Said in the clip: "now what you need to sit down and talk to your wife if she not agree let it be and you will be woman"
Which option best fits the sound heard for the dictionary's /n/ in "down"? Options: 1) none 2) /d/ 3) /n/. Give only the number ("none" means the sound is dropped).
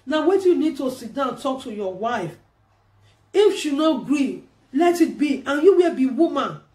1